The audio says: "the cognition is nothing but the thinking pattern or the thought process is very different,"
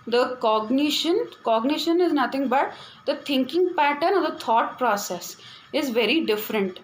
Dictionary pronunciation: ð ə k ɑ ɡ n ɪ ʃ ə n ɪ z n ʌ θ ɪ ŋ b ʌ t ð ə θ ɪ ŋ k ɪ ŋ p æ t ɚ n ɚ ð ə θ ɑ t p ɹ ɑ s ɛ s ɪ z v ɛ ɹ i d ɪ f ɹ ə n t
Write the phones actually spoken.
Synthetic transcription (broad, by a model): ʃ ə k ɑ ɡ n ɪ ʃ ə n ɪ z n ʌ t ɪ ŋ b ʌ t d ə t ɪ ŋ k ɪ ŋ p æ t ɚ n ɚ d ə t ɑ t p ɹ ɑ s ɛ s ɪ z v ɛ ɹ i d ɪ f ɹ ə n t